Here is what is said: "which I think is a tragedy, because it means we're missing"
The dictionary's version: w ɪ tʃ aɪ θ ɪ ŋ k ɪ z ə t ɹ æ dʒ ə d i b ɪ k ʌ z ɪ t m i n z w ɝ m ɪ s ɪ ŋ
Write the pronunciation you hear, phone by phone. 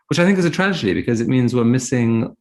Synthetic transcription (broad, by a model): w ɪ tʃ aɪ θ ɪ ŋ k ɪ z ə t ɹ æ dʒ ə d i b ɪ k ʌ z ɪ t m i n z w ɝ m ɪ s ɪ ŋ